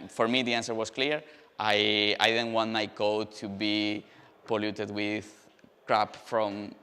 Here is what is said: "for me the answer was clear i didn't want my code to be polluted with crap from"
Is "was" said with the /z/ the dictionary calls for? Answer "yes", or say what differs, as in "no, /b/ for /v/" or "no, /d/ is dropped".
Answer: no, /s/ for /z/